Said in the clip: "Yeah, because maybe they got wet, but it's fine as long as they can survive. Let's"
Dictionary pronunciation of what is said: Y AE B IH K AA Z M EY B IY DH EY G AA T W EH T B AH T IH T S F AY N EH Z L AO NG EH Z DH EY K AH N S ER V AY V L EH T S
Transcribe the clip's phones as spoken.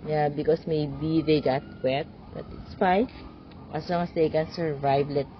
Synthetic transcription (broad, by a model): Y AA B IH K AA S M EY B IY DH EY G AA T W EH T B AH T IH T S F AY AH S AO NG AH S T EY K AH N S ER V AY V L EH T